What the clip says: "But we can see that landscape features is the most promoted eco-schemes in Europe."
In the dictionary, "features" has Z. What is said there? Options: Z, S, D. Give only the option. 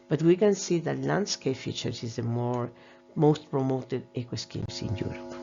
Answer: S